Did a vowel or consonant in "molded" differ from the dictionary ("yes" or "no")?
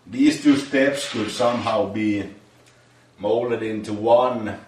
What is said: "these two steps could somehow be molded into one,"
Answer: no